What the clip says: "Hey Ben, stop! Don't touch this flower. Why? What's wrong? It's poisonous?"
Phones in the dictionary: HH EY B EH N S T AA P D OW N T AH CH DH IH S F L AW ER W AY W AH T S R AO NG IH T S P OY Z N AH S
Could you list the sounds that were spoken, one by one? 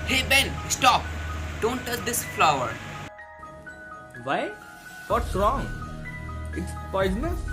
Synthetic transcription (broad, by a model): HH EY B EH N S T AA P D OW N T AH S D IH S F L AW ER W AY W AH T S R AO NG IH T S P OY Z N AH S